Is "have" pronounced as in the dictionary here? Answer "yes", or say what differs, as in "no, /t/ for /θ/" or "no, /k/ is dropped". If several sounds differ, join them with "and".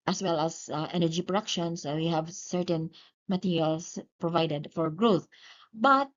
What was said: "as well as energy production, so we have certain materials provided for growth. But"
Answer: yes